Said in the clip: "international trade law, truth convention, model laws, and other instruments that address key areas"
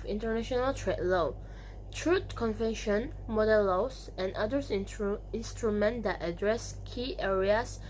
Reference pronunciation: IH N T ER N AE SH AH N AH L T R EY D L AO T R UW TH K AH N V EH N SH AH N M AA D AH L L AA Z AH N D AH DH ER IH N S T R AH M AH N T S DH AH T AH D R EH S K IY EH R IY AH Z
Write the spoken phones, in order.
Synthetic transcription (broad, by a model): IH N T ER N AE SH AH N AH L T R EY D L AO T R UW T K AH N V EH N SH AH N M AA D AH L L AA S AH N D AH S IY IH N S T R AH M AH N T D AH T AH D R EH S K IY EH R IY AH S